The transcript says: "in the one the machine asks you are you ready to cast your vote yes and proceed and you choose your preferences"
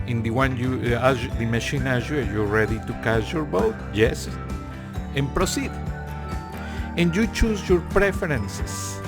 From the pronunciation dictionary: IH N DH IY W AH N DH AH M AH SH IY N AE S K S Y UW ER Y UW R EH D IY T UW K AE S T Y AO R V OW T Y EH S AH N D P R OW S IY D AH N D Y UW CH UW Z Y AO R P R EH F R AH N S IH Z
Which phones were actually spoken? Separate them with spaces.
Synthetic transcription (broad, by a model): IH N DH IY W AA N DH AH M AH SH IY N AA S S Y UW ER Y UW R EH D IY T UW K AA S Y AO R B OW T Y EH S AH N P R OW S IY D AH N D Y UW CH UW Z Y AO R P R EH F R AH N S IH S